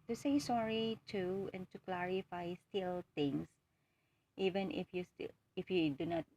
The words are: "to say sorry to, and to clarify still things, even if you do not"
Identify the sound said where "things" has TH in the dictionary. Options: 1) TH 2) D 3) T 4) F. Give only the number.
3